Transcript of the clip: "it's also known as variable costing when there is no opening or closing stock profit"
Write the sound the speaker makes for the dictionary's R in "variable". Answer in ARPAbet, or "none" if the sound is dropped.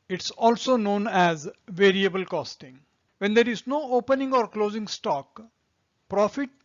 R